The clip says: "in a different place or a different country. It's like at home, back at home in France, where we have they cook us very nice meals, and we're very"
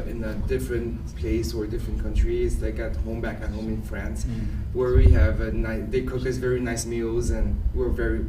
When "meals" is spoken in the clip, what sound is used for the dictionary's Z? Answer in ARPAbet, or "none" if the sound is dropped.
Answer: Z